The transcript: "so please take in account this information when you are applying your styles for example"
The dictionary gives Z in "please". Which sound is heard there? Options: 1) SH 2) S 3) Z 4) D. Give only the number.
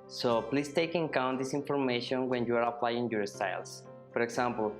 2